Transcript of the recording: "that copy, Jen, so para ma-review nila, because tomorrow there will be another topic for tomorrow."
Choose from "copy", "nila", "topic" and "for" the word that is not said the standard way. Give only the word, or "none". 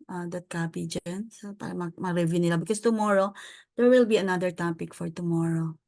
none